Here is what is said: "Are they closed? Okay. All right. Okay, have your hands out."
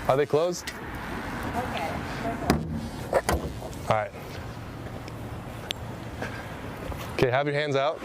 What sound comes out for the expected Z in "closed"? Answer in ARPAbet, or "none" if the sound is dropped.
Z